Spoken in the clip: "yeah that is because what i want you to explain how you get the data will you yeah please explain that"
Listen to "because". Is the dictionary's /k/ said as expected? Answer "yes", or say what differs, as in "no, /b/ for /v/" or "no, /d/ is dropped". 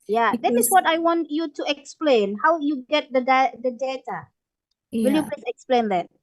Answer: no, /k/ is dropped